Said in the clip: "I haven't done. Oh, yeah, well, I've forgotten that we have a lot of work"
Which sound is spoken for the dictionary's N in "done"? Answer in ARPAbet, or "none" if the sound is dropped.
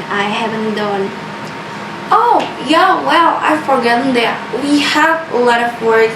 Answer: N